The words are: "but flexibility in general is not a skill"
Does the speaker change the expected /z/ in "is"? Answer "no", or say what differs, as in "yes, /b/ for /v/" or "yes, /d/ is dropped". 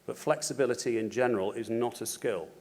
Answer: no